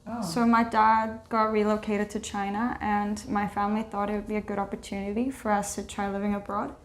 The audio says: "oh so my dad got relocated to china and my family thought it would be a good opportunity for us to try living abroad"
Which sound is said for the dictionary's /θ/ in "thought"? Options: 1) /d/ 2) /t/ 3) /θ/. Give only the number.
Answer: 3